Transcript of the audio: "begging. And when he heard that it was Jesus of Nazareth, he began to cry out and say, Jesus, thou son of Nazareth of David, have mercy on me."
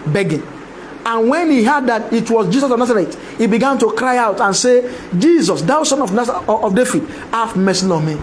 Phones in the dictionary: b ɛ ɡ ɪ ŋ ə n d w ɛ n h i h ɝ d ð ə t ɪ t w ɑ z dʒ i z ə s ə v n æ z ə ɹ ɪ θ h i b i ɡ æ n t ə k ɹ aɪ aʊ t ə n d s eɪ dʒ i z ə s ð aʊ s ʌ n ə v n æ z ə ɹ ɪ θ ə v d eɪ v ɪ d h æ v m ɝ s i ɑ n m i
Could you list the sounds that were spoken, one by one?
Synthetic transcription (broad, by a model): b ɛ ɡ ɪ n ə n w ɛ n h i h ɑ d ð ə t ɪ t w ɑ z dʒ i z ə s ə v n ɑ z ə ɹ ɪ t h i b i ɡ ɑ n t ə k ɹ aɪ aʊ t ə n s eɪ dʒ i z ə s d aʊ s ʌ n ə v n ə ɪ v d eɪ f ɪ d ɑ f m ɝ s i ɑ m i